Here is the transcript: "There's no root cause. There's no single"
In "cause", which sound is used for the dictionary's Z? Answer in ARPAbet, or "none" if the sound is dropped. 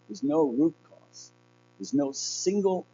S